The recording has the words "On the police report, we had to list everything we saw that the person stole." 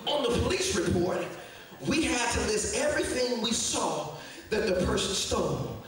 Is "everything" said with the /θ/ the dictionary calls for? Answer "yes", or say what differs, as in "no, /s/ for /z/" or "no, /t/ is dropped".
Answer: yes